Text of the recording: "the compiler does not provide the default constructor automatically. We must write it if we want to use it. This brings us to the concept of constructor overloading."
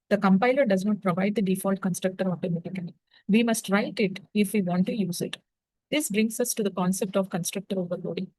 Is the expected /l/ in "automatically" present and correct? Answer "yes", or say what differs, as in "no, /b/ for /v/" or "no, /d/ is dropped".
no, /l/ is dropped